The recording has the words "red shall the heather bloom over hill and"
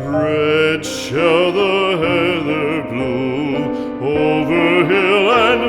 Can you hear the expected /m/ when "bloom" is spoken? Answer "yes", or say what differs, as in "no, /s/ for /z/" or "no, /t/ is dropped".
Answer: no, /m/ is dropped